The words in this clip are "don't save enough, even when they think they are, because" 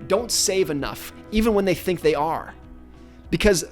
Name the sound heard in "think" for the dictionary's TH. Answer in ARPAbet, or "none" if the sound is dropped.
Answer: TH